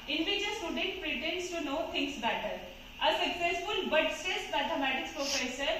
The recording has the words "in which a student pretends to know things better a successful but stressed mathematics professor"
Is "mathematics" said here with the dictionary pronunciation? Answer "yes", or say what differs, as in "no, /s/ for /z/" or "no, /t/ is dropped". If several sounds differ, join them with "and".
no, /t/ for /θ/